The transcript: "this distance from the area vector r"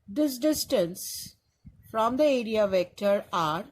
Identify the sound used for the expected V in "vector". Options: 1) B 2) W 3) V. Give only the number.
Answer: 3